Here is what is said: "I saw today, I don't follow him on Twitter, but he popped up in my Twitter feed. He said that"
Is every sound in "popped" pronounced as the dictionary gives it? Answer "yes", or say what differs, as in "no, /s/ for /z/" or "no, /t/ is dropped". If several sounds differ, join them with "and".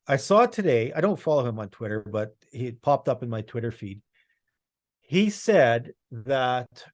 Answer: yes